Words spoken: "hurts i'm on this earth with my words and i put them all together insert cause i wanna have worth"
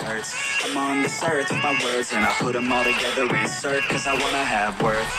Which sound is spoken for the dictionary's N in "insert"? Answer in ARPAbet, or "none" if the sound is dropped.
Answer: none